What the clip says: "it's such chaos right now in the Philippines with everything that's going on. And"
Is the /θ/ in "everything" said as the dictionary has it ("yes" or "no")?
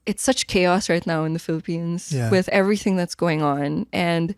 yes